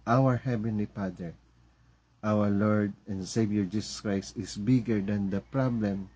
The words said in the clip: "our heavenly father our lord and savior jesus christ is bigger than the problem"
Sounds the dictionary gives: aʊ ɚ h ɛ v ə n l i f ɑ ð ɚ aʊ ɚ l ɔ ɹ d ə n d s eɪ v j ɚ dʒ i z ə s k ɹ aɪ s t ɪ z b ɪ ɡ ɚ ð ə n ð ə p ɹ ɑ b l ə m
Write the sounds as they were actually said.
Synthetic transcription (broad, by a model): aʊ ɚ h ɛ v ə n l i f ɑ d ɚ aʊ ɚ l ɔ ɹ d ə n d s eɪ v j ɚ dʒ i s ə s k ɹ aɪ s t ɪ s b ɪ ɡ ɚ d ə n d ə p ɹ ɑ b l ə m